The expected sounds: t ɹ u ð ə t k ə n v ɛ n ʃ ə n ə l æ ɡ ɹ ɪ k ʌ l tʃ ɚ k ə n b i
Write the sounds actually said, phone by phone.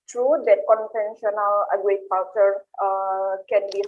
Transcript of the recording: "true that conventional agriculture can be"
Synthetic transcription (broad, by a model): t ɹ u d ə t k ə n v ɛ n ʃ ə n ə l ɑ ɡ ɪ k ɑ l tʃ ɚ k ə n b i